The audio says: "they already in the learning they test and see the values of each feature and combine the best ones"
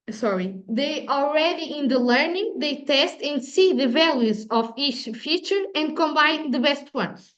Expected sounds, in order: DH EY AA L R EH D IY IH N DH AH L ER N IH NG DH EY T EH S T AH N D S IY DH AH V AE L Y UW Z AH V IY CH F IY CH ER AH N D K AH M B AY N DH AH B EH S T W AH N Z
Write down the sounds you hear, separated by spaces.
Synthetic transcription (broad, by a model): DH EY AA L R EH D IY IH N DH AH L ER N IH NG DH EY T EH S T AH N D S IY DH AH V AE L Y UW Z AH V IY CH F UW CH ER AH N D K AH M B AY N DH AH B EH S T W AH N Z